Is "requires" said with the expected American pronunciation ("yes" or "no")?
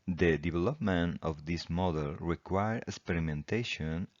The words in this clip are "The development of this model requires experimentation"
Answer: no